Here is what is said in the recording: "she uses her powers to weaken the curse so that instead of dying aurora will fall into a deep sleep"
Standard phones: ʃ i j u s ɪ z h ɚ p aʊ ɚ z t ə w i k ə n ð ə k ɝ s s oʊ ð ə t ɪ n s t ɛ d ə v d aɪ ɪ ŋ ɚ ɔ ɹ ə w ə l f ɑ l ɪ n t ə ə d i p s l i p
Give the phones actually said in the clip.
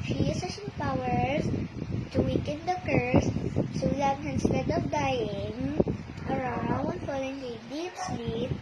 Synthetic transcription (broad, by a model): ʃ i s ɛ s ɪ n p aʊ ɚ s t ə w i k ə n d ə k ɝ s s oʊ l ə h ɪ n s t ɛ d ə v d aɪ ɪ ŋ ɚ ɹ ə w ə n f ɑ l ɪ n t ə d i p s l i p